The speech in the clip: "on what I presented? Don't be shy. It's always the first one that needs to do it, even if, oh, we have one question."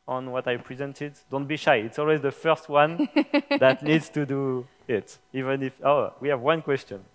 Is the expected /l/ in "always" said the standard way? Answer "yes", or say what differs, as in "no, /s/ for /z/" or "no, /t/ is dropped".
yes